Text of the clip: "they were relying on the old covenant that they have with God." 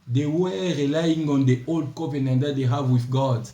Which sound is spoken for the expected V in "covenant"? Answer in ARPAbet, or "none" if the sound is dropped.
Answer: P